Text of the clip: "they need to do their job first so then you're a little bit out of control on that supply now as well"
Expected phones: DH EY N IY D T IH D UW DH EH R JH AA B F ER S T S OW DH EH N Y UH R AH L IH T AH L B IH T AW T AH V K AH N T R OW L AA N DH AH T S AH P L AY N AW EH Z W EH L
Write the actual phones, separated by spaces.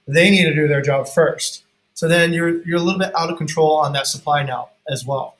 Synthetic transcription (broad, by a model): DH EY N IY D T IH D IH DH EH R JH AA B F ER S T S OW DH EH N Y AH R AH L IH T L B IH T AW T AH V K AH N T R OW L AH N DH AH T S AH P L AY N AW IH Z W EH L